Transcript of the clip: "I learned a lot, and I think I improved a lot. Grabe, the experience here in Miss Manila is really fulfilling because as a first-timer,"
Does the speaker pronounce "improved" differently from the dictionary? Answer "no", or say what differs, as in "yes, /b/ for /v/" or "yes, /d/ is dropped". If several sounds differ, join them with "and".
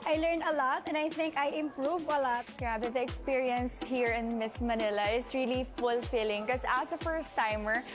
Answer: yes, /d/ is dropped